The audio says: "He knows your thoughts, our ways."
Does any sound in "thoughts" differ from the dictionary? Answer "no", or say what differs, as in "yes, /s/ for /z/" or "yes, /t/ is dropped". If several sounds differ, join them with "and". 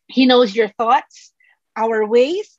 no